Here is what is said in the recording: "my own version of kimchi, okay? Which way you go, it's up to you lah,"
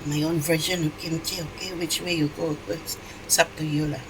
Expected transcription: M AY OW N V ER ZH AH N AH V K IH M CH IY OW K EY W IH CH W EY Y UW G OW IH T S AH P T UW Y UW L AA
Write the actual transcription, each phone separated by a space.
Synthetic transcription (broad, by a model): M AY OW N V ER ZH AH N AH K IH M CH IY OW K EY W IH CH W EY Y UW G OW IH S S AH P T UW Y UW L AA